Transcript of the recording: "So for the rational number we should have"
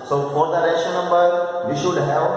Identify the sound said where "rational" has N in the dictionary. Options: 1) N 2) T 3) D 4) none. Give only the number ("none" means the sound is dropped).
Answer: 4